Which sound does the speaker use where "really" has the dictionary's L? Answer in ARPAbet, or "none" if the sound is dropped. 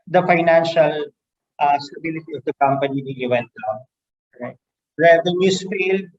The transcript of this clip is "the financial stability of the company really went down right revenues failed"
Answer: none